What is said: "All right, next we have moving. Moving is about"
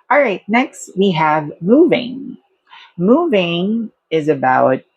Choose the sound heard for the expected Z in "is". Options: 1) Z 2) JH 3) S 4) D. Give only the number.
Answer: 1